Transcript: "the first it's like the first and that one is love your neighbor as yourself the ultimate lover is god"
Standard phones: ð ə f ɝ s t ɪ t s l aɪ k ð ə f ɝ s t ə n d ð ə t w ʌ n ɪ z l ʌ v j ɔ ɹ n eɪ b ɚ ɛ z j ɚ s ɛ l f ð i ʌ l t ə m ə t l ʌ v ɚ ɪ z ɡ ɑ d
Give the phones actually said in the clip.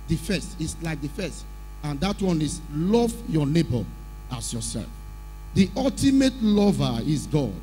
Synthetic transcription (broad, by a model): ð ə f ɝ s t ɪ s l aɪ k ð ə f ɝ s t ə n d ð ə t w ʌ n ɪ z l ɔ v j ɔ n eɪ b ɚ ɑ s j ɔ s ɛ l f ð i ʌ l t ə m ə t l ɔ v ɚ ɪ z ɡ ɑ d